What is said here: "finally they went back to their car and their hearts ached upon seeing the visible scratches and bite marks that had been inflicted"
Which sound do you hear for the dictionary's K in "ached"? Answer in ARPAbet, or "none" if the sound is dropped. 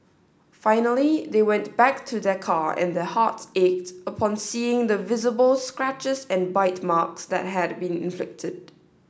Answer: K